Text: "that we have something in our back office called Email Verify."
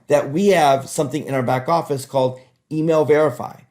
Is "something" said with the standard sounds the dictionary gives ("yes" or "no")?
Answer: yes